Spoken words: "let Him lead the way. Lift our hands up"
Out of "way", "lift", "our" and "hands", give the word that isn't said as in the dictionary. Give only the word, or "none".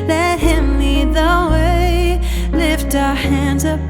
none